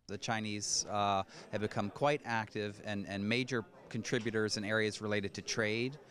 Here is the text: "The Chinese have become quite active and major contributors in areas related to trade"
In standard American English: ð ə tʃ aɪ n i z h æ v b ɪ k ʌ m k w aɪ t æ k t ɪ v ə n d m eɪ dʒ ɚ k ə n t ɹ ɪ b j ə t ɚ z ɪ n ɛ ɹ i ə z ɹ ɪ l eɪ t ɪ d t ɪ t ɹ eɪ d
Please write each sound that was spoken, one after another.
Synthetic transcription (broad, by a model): ð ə tʃ aɪ n i z h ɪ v b ɪ k ʌ m k w aɪ t æ k t ɪ v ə n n m eɪ dʒ ɚ k ə n t ɹ ɪ b j ə t ɚ z ɪ n ɛ ɹ i ə z ɹ ɪ l eɪ t ɪ d t ɪ t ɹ eɪ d